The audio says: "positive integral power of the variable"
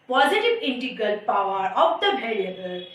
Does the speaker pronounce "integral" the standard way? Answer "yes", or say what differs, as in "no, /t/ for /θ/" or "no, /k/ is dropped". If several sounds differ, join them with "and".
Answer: no, /ɹ/ is dropped